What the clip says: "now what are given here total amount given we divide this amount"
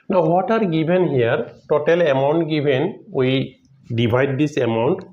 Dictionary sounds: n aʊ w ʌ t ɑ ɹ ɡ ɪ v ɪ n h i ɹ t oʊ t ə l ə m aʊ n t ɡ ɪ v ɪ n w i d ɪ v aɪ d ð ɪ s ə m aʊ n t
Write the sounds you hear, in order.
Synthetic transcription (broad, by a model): n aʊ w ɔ t ɑ ɹ ɡ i b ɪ n h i ɹ t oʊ t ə l ə m aʊ n t ɡ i b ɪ n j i d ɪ b aɪ d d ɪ s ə m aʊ n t